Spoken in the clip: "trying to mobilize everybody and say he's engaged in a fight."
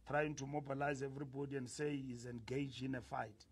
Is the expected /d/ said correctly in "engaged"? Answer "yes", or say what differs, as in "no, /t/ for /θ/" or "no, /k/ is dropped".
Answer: no, /d/ is dropped